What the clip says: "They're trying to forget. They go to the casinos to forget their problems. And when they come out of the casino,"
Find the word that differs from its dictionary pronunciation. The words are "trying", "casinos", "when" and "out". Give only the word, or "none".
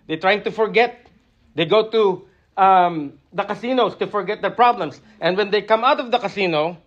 casinos